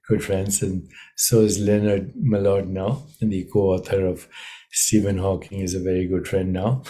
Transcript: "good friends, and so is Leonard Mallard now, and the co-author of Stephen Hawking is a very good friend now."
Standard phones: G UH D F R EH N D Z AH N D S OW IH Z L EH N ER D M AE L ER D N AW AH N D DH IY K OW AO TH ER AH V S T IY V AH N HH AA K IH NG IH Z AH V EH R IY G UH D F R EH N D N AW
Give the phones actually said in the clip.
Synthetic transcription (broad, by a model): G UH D F R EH N D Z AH N S OW IH Z L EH N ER D M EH L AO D N AW AH N D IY K OW AO T ER AH V S T IY V AH N HH AA K IH NG IH Z AH V EH R IY G UH D F R EH N D N AW